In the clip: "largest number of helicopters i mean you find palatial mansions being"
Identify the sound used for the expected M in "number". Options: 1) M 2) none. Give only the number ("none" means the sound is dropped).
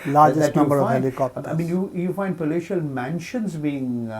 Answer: 2